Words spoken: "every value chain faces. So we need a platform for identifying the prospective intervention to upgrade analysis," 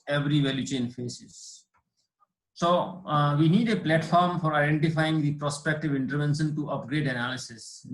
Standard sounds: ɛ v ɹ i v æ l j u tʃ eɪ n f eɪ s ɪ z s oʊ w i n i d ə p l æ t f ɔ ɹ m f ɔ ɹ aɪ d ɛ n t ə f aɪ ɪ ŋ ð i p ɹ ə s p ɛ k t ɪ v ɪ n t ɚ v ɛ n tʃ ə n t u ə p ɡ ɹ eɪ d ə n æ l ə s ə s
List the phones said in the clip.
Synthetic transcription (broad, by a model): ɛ v ɹ i v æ l j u tʃ eɪ n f eɪ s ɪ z s oʊ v i n i d ə p l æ t f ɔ ɹ m f ɔ ɹ aɪ d ɛ n t ə f aɪ ɪ ŋ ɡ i p ɹ ə s p ɛ k t ɪ v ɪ n t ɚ v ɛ n ʃ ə n t u ə p ɡ ɹ eɪ d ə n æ l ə s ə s